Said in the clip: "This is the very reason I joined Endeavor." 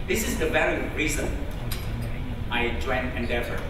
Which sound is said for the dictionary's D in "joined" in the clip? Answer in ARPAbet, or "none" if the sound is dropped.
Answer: none